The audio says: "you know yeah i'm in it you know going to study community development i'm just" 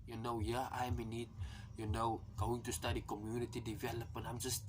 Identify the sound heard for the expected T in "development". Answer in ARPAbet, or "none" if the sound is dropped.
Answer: none